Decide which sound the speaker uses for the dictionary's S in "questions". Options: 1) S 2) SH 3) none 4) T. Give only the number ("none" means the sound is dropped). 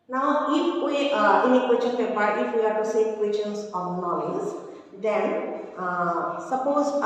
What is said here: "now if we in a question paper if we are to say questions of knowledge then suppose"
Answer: 3